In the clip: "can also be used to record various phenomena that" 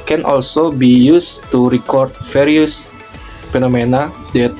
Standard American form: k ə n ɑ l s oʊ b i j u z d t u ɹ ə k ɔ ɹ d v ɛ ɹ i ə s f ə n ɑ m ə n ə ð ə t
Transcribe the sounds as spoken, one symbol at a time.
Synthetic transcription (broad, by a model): k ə n ɑ l s oʊ b i j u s t u ɹ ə k ɔ ɹ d f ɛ ɹ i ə s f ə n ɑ m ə n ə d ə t